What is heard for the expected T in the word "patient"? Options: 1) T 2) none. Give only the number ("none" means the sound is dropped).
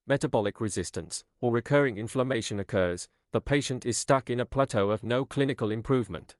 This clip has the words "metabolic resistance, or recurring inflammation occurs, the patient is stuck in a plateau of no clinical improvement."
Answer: 1